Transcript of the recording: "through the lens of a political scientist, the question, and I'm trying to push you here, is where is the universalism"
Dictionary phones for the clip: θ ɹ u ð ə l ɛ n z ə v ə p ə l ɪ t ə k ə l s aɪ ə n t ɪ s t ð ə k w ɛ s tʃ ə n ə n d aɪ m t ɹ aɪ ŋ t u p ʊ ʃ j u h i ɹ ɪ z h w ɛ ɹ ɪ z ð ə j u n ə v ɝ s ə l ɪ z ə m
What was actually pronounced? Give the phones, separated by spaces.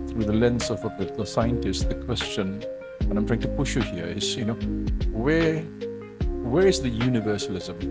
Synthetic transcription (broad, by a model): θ ɹ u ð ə l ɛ n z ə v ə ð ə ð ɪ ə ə s aɪ ə n t ɪ s t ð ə k w ɛ s tʃ ə n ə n aɪ m t ɹ aɪ ŋ t u p ʊ ʃ j u h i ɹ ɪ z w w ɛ ɹ ɪ z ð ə j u n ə v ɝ s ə l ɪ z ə m